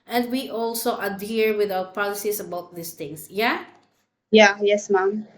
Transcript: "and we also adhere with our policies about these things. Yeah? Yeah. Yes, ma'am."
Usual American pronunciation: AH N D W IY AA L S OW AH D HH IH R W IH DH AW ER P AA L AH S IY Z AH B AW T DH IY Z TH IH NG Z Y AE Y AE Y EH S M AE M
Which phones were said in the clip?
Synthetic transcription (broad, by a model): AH N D W IY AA L S OW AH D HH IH R W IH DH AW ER P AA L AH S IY S AH B AW T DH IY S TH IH NG S Y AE Y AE Y EH S M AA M